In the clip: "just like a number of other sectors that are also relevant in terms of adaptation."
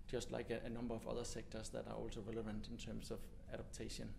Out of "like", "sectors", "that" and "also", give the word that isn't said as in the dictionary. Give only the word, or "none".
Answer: sectors